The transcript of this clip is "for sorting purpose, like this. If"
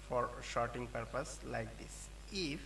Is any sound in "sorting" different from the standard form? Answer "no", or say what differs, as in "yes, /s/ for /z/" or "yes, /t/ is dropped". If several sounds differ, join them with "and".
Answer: yes, /ʃ/ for /s/